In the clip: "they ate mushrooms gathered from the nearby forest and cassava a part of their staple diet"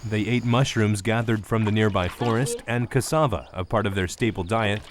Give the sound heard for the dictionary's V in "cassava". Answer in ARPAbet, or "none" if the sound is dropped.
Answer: V